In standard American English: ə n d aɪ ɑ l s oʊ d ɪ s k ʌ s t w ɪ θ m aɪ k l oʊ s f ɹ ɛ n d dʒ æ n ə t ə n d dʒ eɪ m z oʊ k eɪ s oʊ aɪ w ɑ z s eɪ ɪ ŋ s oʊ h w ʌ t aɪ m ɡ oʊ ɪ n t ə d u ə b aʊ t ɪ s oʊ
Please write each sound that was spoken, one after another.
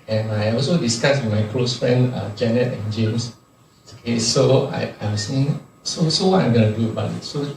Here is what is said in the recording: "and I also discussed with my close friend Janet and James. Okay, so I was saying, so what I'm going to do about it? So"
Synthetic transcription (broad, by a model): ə n aɪ ɑ l s oʊ d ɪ s k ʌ s w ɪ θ m aɪ k l oʊ s f ɹ ɛ n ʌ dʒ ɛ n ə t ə n dʒ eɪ m s oʊ k eɪ s oʊ aɪ ɑ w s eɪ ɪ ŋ s oʊ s w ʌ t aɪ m ɡ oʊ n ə d u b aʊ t s oʊ